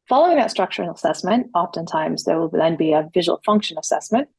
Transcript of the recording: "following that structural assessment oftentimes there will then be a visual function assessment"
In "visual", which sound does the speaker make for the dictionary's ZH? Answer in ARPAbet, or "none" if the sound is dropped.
ZH